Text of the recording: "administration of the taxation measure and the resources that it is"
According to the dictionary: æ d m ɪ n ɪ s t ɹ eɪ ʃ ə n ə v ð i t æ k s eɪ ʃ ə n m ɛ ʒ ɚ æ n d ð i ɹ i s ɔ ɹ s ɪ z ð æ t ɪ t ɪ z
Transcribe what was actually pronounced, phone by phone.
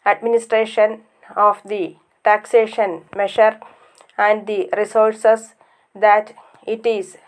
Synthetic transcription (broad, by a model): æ d m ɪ n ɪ s t ɹ eɪ ʃ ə n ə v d i t æ k s eɪ ʃ ə n m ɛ ʃ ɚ æ n d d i ɹ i s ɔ ɹ s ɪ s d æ t ɪ t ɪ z